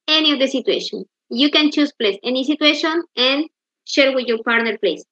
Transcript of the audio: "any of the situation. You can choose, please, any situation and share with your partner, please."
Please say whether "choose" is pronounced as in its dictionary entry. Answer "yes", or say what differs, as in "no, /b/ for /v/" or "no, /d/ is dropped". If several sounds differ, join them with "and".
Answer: no, /s/ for /z/